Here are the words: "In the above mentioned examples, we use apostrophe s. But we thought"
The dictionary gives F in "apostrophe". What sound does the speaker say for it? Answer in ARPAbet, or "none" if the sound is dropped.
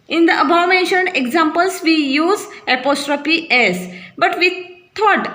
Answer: P